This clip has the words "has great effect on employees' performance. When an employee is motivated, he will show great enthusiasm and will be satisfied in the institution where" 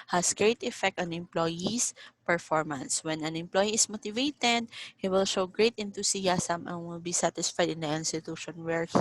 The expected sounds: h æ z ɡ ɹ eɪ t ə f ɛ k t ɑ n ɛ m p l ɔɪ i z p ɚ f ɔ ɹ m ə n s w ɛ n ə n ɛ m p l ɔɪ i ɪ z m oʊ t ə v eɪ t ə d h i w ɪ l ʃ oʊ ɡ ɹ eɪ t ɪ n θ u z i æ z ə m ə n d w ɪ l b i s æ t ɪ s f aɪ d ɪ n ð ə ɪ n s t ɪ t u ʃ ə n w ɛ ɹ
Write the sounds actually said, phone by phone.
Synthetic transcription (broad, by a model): h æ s ɡ ɹ eɪ t ə f ɛ k t ɑ n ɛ m p l ɔɪ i s p ɚ f ɔ ɹ m ə n s w ɛ n ə n ɛ m p l ɔɪ i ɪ s m oʊ t ə v eɪ t ə d h i w ɪ l ʃ oʊ ɡ ɹ eɪ t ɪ n t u s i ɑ s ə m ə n w ɪ l b i s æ t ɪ s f aɪ d ɪ n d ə ɪ n s t ɪ t u ʃ ə n w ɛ ɹ